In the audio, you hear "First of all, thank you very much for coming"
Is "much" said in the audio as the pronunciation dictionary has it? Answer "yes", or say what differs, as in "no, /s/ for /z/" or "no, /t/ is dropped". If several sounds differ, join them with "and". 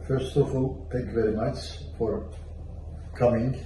no, /s/ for /tʃ/